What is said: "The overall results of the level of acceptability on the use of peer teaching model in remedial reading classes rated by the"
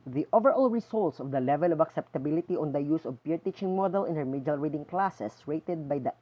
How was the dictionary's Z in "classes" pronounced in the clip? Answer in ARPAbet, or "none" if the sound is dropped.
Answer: S